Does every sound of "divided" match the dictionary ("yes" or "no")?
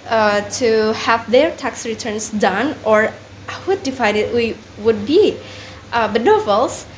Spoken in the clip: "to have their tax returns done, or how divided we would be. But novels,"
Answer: no